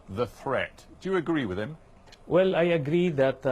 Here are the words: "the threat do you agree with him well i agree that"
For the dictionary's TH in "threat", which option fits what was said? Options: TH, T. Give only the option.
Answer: TH